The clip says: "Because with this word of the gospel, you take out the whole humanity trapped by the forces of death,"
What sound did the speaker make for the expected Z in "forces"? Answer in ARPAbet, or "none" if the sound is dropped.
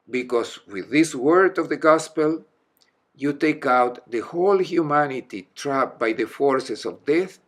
S